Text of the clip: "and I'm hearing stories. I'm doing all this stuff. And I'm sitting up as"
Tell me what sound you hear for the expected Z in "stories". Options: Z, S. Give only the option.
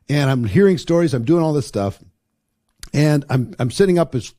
Z